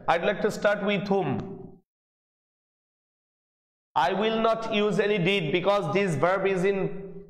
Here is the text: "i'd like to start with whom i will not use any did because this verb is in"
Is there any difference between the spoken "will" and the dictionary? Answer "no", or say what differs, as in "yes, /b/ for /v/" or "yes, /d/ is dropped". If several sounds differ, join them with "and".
no